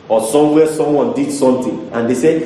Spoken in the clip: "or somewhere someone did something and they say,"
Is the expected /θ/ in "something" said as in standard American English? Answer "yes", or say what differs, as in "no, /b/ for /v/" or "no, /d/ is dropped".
no, /t/ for /θ/